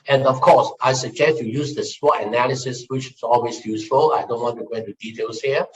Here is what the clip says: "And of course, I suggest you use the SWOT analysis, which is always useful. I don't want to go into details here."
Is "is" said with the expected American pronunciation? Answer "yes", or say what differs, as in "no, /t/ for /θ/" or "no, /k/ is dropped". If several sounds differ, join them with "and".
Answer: no, /s/ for /z/